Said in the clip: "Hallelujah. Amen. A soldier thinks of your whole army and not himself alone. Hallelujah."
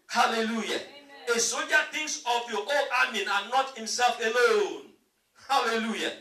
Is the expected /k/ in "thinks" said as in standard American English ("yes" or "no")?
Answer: no